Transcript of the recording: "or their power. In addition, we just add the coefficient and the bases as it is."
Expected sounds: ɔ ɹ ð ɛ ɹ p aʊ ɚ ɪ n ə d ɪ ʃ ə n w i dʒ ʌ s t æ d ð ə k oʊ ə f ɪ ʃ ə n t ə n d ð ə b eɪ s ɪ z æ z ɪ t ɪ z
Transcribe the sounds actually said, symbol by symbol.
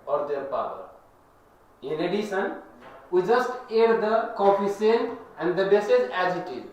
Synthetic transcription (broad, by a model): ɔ ɹ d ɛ ɹ p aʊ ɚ ɪ n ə d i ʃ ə n w i dʒ ʌ s t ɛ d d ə k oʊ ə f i s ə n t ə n d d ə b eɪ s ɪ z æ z ɪ t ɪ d